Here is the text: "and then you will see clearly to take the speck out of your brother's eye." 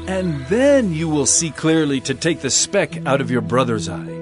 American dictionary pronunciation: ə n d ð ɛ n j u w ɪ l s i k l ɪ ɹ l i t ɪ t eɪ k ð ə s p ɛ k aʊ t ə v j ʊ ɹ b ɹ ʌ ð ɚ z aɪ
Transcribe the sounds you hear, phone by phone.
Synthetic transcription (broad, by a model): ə n ð ɛ n j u w ɪ l s i k l ɪ ɹ l i t ɪ t eɪ k ð ə s p ɛ k aʊ t ə v j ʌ ɹ b ɹ ʌ ð ɚ z aɪ